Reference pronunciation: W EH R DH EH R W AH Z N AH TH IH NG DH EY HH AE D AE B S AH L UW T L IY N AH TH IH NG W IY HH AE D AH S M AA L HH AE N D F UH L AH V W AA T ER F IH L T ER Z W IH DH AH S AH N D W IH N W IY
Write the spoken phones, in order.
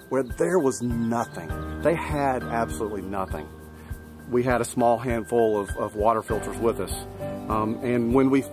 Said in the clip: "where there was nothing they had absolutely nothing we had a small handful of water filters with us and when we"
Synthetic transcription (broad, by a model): W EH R DH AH R W AH Z N AH TH IH NG DH EY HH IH D AE B S AH L UW T L IY N AH TH IH NG W IY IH D AH S M AA L HH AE N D F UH L AH V W AA T ER F IH L T ER Z W IH DH AH S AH N W IH N W IY